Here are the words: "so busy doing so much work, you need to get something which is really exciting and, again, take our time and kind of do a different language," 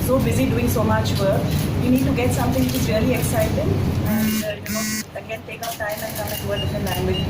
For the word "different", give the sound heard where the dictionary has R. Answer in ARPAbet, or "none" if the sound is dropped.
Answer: none